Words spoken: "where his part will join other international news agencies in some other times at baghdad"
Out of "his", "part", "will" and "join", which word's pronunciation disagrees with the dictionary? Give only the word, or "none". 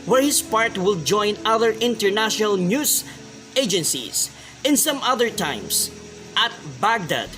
his